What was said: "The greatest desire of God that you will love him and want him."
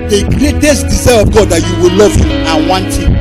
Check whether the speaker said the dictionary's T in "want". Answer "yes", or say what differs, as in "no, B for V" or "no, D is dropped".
yes